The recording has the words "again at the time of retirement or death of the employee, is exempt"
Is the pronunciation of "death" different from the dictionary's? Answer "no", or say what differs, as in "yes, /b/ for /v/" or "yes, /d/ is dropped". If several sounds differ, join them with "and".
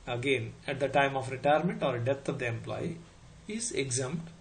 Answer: yes, /t/ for /θ/